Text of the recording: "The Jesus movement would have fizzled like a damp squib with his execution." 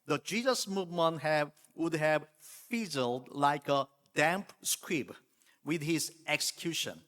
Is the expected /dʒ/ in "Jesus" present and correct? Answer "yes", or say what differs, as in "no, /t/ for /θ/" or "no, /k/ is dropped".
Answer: yes